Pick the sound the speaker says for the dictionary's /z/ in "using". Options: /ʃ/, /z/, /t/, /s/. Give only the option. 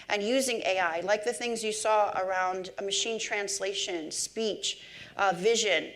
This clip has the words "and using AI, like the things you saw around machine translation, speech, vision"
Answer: /z/